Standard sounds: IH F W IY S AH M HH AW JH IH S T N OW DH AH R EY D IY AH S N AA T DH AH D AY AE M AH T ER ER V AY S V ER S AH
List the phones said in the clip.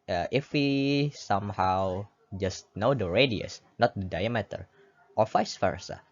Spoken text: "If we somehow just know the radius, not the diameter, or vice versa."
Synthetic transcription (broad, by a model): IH F W IY S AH M HH AW JH IH S T N OW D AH R EY D IY AH S N AA T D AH D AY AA M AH T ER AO F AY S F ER S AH